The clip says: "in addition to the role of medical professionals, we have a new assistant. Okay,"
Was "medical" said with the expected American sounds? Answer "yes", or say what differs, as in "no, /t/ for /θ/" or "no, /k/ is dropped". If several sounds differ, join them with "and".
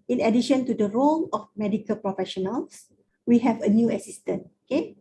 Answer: yes